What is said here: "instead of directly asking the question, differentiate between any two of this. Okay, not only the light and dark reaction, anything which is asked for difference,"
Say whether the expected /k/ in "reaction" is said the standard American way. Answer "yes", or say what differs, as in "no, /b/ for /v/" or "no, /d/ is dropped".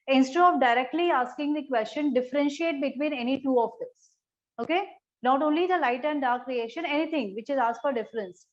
no, /k/ is dropped